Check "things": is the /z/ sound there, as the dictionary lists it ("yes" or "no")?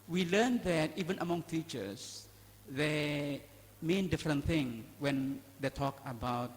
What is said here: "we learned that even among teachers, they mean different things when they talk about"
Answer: no